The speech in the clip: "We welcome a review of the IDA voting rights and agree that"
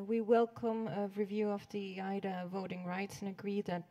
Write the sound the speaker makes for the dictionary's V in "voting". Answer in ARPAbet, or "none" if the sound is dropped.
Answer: V